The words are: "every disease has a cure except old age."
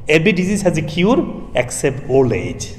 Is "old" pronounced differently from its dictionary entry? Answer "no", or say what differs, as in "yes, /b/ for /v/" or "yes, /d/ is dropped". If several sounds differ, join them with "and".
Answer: yes, /d/ is dropped